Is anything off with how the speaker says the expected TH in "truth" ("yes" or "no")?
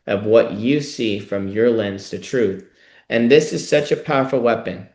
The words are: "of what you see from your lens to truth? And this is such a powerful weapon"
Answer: no